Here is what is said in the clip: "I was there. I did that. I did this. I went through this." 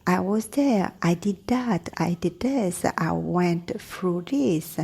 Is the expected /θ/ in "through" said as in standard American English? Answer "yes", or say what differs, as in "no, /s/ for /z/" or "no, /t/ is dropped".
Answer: no, /f/ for /θ/